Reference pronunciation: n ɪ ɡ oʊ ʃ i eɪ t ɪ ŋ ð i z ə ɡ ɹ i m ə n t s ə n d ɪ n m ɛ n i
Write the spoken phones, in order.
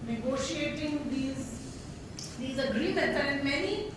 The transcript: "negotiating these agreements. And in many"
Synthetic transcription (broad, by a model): n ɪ ɡ oʊ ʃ i eɪ t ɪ ŋ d i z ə ɡ ɹ i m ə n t ə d ɪ n m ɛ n i